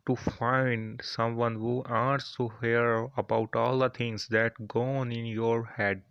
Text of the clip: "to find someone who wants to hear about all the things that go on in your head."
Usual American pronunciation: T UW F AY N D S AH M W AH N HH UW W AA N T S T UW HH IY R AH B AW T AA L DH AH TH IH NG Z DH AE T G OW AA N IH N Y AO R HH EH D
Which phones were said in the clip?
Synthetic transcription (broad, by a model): T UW F AY N D S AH M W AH N HH UW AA T S T UW HH IY R AH B AW T AA L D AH T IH NG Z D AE T G OW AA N IH N Y AO R HH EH D